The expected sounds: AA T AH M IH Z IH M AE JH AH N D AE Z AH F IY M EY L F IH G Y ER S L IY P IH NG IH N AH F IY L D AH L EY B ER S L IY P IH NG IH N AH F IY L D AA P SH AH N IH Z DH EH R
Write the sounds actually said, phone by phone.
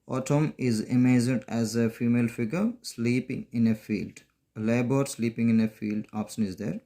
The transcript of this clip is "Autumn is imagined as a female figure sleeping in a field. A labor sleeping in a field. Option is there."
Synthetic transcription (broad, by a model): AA T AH M IH Z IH M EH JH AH D AE Z AH F IY M EY L F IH G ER S L IY P IH NG IH N AH F IY L D AH L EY B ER S L IY P IH NG IH N AH F IY L D AA P SH AH N IH Z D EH R